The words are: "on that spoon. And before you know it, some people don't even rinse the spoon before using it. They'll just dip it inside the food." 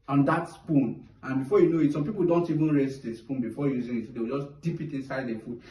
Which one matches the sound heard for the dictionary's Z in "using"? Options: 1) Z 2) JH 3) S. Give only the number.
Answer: 1